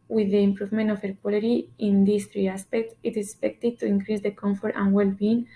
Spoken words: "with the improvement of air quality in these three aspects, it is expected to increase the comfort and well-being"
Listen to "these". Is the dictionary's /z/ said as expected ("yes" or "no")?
no